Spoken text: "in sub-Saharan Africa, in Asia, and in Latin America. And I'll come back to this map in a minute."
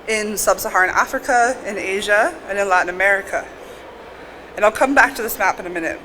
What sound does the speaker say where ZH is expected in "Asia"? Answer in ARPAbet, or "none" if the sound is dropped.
ZH